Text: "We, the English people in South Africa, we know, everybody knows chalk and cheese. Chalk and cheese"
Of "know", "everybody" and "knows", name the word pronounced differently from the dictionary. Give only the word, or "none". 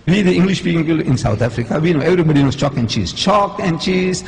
knows